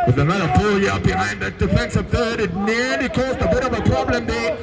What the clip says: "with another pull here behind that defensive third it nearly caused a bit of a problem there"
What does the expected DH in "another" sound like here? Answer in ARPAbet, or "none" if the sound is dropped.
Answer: none